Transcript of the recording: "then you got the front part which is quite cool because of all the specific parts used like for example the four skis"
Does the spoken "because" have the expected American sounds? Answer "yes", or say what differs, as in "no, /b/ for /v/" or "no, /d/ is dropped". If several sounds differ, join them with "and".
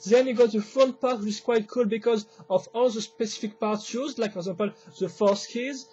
yes